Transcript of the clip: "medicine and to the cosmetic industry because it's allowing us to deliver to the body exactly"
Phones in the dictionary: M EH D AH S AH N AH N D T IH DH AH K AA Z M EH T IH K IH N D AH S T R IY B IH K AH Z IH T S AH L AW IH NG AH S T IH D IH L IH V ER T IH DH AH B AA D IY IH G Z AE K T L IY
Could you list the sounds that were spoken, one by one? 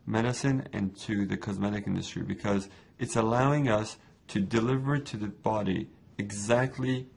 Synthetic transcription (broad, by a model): M EH D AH S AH N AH N T IH DH AH K AA Z M EH T IH K IH N D AH S T R IY B IH K AH Z IH T S AH L AW IH NG AH S T IH D IH L IH V ER T IH DH AH B AA D IY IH G Z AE K T L IY